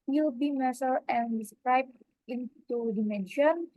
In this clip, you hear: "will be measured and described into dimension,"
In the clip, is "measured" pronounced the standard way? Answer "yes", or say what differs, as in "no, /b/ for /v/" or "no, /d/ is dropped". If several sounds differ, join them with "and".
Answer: no, /s/ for /ʒ/